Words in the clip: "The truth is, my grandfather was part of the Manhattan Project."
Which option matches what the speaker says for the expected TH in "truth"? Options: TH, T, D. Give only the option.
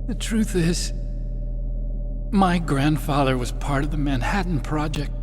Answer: TH